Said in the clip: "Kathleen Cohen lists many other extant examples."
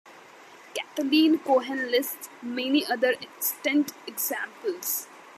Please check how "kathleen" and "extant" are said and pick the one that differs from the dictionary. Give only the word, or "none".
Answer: kathleen